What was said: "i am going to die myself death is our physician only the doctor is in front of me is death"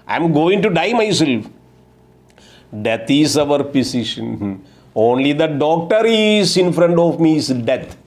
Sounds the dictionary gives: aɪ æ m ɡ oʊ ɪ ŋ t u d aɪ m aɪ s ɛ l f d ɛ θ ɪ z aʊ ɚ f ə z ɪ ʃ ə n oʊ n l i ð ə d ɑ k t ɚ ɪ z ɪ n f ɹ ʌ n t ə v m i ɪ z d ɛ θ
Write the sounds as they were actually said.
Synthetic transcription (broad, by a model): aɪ m ɡ oʊ ɪ ŋ t u d aɪ m aɪ s ɛ l f d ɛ t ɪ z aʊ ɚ p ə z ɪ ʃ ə n oʊ n l i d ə d ɑ k t ɚ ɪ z ɪ n f ɹ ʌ n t ə v m i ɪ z d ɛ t